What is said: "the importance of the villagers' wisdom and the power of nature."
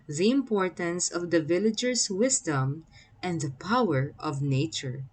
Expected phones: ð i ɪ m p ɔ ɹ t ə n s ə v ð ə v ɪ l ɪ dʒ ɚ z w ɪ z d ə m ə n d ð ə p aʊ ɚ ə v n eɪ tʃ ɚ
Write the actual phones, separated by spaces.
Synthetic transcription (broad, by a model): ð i ɪ m p ɔ ɹ t ə n s ə v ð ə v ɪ l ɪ dʒ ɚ s w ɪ s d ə m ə n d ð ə p aʊ ɚ ə v n eɪ tʃ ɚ